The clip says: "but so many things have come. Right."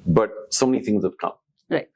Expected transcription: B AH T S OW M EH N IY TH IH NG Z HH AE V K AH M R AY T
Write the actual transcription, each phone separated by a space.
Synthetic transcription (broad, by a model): B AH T S OW M EH N IY TH IH NG Z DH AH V K AH M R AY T